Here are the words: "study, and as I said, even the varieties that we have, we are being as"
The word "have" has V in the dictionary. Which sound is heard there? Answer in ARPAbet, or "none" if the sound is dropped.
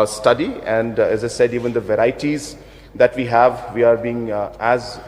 V